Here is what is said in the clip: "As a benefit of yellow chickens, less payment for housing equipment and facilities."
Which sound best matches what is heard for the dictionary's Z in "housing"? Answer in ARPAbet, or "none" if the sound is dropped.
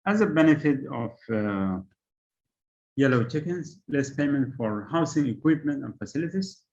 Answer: S